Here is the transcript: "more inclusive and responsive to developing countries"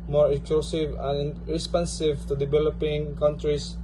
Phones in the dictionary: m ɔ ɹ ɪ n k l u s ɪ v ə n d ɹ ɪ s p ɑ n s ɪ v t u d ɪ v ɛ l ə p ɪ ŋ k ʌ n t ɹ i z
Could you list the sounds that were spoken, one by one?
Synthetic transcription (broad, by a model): m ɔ ɹ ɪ k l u s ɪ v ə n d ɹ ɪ s p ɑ n s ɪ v t u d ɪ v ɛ l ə p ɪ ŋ k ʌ n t ɹ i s